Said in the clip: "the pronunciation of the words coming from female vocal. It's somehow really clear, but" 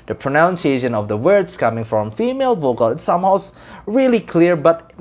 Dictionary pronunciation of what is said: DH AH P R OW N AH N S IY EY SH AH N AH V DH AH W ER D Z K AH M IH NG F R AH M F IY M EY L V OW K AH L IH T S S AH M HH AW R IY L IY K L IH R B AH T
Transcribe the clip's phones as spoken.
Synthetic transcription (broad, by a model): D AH P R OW N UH N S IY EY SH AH N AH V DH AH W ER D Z K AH M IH NG F R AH M F IY M EY L V OW K AH L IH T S S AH M HH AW R IY L IY K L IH R B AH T